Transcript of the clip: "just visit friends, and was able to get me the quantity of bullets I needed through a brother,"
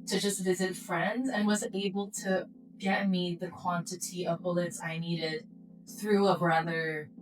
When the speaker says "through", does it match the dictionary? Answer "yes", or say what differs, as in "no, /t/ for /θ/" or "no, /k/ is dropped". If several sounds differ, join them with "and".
yes